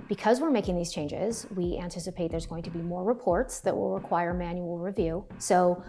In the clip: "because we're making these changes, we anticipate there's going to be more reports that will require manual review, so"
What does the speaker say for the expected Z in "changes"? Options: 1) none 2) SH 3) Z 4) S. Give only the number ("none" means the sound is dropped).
3